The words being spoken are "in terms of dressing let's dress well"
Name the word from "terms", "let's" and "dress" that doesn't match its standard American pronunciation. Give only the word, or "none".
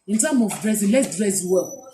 terms